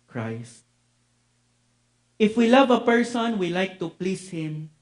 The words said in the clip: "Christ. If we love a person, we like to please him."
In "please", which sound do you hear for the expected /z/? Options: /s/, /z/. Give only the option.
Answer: /s/